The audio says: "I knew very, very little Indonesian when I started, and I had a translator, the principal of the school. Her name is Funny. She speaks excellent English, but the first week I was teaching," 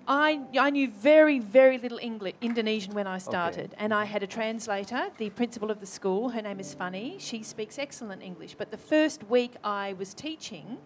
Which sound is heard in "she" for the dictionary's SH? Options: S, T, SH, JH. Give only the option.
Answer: SH